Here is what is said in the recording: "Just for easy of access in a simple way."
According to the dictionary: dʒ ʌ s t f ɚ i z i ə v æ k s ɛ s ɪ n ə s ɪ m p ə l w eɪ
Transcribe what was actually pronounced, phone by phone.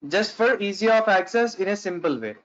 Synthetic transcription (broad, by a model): dʒ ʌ s t f ɚ i z i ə f æ k s ɛ s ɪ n ə s ɪ m p ə l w eɪ